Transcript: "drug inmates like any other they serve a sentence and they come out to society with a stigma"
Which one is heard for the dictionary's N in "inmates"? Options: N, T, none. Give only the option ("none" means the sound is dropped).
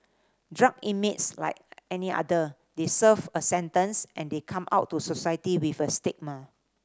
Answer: none